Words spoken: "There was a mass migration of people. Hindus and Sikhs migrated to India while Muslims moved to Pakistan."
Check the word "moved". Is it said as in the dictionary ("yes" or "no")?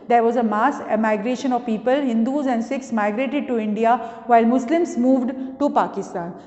yes